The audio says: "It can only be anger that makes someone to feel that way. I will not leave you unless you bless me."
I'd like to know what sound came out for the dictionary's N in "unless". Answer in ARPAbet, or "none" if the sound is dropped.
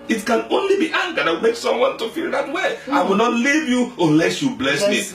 N